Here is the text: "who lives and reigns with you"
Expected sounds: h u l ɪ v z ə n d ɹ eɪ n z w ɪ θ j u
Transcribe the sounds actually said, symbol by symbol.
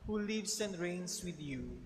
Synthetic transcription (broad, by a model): h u l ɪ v s ə n d ɹ eɪ n s w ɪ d j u